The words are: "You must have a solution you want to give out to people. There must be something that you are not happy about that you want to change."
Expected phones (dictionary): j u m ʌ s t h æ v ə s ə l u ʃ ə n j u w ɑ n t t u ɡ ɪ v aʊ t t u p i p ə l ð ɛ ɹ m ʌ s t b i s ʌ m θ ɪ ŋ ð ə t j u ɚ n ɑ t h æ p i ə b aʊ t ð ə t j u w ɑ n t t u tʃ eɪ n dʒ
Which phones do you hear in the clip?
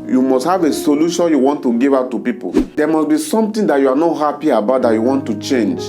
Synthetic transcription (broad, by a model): j u m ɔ s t h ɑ v ə s ə l u ʃ ə n j u w ɑ n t t u ɡ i v aʊ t t u p i p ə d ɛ m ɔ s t b i s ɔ m t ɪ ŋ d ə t j u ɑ n ɑ t h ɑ p i ə b aʊ t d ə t j u w ɑ n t t u tʃ eɪ n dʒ